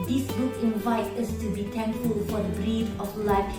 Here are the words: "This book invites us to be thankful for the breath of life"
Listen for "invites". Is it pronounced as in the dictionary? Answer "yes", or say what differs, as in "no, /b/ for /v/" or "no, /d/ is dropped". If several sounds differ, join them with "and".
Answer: no, /s/ is dropped